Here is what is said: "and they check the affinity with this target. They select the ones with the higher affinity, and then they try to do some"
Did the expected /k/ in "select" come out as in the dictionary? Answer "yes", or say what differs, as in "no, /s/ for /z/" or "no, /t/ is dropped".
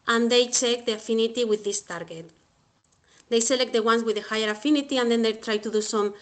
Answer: yes